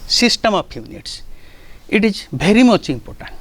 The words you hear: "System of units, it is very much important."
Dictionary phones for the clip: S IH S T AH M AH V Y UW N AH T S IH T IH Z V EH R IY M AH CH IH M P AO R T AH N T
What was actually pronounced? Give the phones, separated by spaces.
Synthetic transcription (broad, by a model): S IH S T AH M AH P Y UW N AH T S IH T IH Z B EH R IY M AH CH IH M P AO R T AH N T